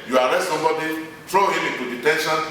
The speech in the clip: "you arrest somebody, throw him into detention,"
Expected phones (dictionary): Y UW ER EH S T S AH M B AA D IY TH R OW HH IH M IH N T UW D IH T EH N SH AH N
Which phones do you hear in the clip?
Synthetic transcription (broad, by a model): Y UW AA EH S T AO B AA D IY T R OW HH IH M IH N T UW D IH T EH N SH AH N